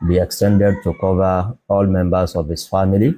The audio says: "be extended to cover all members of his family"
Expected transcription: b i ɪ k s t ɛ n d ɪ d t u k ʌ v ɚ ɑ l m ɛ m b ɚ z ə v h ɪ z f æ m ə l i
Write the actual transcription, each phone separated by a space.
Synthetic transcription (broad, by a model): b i ɪ k s t ɛ n d ɪ d t u k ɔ v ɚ ɑ l m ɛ m b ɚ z ə v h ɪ s f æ m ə l i